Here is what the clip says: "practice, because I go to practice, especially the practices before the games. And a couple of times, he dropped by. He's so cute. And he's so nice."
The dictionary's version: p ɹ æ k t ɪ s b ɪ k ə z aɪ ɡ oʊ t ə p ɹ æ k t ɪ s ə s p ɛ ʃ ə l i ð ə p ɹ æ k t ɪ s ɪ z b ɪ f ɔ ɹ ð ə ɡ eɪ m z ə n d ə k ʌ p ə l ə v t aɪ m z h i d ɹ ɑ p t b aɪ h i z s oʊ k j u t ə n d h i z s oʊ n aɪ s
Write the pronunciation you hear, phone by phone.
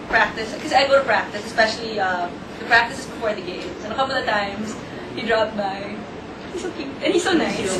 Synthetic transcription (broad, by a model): p ɹ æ k t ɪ s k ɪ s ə aɪ ɡ oʊ t ə p ɹ æ k t ɪ s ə s p ɛ ʃ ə l i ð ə p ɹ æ k t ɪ s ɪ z b ɪ f ɔ ɹ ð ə ɡ eɪ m s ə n ə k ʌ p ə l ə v t aɪ m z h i d ɹ ɑ p t b aɪ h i s oʊ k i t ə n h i s oʊ n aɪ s